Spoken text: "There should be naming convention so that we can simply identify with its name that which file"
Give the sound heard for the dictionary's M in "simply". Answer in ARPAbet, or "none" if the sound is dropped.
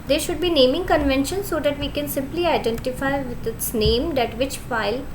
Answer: M